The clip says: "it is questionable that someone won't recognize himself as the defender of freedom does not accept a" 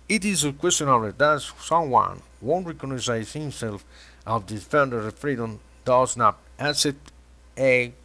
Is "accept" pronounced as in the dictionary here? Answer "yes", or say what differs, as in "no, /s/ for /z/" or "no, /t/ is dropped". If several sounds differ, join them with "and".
no, /k/ is dropped